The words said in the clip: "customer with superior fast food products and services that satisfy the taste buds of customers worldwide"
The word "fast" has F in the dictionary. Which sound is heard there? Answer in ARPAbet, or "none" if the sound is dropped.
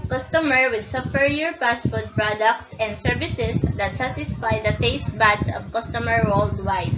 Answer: P